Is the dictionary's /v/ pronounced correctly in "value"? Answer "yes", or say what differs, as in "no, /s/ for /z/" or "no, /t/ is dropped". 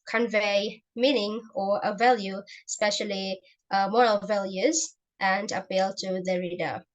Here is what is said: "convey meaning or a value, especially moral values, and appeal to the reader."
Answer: yes